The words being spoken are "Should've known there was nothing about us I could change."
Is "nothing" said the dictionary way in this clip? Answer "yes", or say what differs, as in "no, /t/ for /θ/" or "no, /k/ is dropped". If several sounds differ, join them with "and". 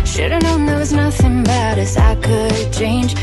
yes